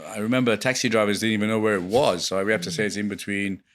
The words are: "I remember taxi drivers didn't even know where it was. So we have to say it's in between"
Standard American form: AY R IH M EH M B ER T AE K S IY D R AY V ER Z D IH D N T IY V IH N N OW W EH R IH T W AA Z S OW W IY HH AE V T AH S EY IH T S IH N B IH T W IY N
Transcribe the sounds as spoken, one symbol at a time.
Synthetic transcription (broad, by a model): AY R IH M EH M B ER T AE K S IY D R AY V ER Z D IH D N T IY V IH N N OW W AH R IH T W AA Z S OW W IY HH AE F T AH S EY IH T S IH N B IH T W IY N